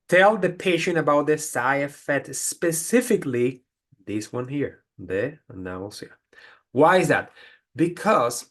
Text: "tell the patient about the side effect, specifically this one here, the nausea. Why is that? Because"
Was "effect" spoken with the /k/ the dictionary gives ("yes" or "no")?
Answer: no